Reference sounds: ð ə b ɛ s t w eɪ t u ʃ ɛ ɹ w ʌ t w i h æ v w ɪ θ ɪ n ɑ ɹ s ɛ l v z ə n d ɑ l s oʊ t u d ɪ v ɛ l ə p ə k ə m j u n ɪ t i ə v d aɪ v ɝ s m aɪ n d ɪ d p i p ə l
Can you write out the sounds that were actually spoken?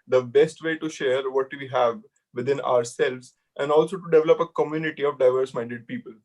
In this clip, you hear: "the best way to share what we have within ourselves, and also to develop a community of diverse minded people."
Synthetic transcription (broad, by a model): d ə b ɛ s t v eɪ t u ʃ ɛ ɹ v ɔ t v i h æ v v ɪ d ɪ n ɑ ɹ s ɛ l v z ə n d ɑ l s oʊ t u d ɪ v ɛ l ə p ə k ə m j u n ɪ t i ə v d aɪ v ɝ s m aɪ n d ɪ d p i p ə l